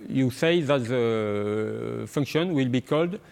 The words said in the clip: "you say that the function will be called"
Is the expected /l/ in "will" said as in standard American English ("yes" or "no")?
yes